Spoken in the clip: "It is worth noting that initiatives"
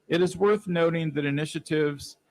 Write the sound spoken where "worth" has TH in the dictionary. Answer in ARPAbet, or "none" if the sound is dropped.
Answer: TH